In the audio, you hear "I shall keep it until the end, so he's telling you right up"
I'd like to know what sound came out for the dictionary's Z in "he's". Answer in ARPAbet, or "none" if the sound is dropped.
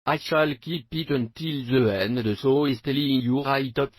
S